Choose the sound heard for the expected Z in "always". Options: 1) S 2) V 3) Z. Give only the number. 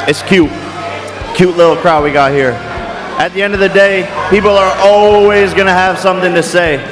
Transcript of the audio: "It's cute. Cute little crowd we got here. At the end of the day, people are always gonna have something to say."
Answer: 3